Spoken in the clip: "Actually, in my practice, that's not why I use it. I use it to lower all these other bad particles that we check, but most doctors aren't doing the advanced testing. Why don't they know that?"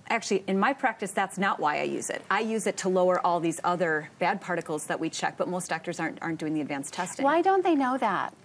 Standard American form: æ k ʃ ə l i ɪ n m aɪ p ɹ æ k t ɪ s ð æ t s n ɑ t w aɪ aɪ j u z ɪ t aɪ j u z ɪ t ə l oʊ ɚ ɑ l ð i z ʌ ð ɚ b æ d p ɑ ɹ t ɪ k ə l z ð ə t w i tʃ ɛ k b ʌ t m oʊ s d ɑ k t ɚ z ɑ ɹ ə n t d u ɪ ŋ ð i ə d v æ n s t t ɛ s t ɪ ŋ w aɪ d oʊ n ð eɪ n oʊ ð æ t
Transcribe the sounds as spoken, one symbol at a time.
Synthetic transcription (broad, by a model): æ k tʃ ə l i ɪ n m aɪ p ɹ æ k t ɪ s ð æ t s n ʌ t w aɪ aɪ j u z ɪ t aɪ j u z ɪ t ə l oʊ ɚ ɑ l ð i z ʌ ð ɚ b æ d p ɑ ɹ t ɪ k l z ð ə t w i tʃ ɛ k b ʌ t m oʊ s d ɑ k t ɚ z ɑ ɹ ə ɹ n d u ɪ ŋ ð i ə d v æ n s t t ɛ s t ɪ w aɪ d oʊ n ð eɪ n oʊ ð æ t